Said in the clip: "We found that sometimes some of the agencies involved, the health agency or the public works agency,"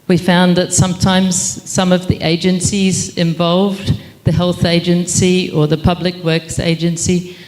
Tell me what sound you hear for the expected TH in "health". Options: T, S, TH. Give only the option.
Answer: TH